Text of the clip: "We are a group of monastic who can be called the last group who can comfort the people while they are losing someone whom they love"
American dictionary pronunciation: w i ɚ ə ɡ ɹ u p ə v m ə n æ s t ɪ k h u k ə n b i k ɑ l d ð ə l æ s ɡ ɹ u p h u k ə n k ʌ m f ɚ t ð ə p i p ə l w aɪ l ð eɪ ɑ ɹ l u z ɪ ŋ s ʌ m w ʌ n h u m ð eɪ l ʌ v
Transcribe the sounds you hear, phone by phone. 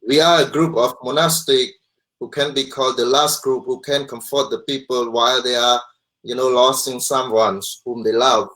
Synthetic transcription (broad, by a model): w i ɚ ə ɡ ɹ u p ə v m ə n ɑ s t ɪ k h u k ə n b i k ɑ l d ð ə l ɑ s ɡ ɹ u p h u k ə n k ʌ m f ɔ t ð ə p i p ə l w aɪ l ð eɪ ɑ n l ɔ s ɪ ŋ s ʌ m w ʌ n h u m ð eɪ l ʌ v